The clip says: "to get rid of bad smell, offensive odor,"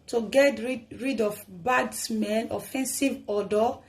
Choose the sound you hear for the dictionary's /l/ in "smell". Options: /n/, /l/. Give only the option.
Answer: /n/